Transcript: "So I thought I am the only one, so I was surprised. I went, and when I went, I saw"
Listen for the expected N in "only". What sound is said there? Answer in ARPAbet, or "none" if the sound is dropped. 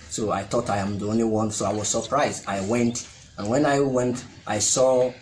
N